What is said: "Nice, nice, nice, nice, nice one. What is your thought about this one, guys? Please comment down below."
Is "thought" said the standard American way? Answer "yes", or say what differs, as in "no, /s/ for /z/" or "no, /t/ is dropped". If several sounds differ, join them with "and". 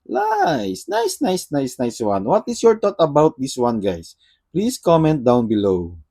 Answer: no, /t/ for /θ/